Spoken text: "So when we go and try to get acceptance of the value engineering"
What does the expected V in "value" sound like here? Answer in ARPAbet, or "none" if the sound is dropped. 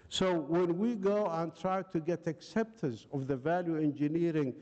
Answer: V